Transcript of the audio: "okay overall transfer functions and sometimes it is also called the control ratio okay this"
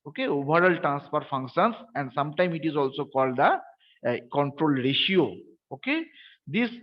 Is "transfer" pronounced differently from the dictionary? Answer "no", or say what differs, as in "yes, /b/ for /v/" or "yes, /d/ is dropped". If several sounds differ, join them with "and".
yes, /p/ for /f/